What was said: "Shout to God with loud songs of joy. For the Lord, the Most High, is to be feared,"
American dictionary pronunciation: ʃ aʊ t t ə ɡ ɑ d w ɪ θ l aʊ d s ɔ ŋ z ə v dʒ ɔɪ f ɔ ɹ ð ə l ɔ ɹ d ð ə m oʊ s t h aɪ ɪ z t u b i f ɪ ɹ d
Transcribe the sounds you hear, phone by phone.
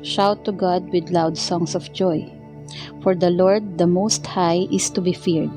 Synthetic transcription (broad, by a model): ʃ aʊ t t ə ɡ ɑ d w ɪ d l aʊ d s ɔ ŋ s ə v dʒ ɔɪ f ɔ ɹ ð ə l ɔ ɹ d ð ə m oʊ s t h aɪ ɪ s t u b i f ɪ ɹ d